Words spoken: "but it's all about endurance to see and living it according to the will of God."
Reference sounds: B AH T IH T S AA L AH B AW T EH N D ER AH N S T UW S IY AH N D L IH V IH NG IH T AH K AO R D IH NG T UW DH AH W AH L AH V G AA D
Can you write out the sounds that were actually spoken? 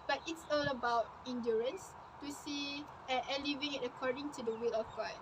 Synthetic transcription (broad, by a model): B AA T IH T S AA L AH B AW T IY N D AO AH N S T UW S IY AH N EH L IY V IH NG IH T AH K AO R D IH NG T UW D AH W AH L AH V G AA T